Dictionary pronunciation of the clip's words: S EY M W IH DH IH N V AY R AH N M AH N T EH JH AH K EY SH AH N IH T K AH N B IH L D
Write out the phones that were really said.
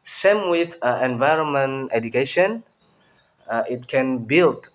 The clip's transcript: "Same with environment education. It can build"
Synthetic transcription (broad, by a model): S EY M W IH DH IH N V AY R AH N M AH N T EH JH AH K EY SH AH N IH T K AH N B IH L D